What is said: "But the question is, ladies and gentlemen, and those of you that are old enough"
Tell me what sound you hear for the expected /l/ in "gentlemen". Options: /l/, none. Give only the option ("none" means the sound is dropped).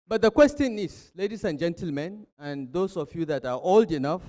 /l/